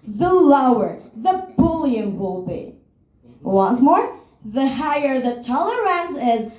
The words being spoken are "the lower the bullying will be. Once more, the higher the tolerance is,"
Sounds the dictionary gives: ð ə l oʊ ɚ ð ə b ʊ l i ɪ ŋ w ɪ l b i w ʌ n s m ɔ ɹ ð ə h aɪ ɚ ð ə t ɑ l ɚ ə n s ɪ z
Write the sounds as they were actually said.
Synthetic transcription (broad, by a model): ð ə l oʊ ɚ ð ə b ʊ l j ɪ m w ɪ l b i w ʌ n s m ɔ ɹ ð ə h aɪ ɚ ð ə t ɑ l ɚ ə n s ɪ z